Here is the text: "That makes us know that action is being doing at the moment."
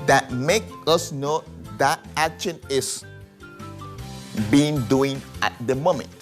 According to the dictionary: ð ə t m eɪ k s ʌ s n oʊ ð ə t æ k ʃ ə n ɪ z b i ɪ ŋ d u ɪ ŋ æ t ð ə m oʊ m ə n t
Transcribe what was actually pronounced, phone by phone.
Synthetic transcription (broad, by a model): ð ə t m eɪ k ʌ s n oʊ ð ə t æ k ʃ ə n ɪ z b i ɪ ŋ d u ɪ ŋ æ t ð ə m oʊ m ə n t